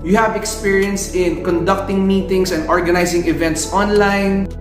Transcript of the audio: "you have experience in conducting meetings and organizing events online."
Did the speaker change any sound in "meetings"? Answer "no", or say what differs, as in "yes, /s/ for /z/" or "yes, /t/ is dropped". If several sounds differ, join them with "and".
yes, /s/ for /z/